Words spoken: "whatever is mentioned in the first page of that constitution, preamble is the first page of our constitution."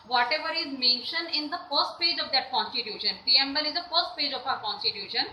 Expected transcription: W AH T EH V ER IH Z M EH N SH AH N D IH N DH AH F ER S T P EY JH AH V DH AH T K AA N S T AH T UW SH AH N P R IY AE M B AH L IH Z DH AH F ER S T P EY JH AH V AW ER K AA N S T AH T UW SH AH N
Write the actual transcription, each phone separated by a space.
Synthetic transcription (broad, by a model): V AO T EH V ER IH Z M EH N SH AH N D IH N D AH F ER S T P EY JH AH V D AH T K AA N S T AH T UW SH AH N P IY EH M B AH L IH Z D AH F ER S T P EY JH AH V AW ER K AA N S T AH T UW SH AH N